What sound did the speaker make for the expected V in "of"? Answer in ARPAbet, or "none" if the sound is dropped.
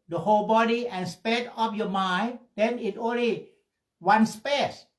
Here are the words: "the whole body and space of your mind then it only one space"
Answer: P